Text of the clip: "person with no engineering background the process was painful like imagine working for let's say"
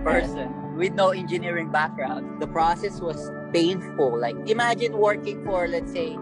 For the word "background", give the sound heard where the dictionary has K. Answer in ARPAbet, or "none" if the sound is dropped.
K